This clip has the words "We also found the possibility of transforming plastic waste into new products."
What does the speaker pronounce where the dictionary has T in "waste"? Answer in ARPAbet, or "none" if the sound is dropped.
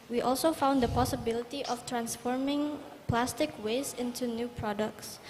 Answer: none